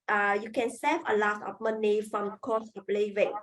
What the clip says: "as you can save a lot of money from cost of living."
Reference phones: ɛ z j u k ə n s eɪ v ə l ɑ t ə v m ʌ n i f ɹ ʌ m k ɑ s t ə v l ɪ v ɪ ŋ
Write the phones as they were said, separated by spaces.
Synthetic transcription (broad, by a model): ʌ j u k ə n s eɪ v ə l ɑ t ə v m ʌ n i f ɹ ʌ m k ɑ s ə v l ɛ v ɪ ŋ